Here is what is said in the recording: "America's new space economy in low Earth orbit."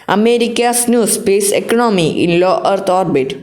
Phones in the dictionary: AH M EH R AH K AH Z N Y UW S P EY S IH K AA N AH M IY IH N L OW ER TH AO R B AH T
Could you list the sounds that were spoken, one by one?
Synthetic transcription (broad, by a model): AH M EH R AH K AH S N Y UW S P EY S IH K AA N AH M IY IH N L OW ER T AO R B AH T